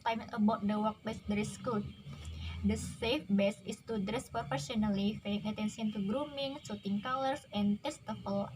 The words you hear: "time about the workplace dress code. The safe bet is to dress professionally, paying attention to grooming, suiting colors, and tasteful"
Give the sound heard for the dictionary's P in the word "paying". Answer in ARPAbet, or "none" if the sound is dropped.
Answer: F